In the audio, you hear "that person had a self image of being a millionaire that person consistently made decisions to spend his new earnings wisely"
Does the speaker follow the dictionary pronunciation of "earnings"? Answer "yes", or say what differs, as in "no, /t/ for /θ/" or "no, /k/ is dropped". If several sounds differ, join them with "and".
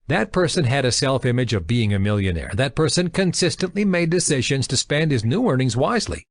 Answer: yes